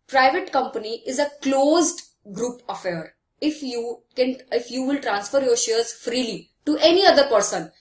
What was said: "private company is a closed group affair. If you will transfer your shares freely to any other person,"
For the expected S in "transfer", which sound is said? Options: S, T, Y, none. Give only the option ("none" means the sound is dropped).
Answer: S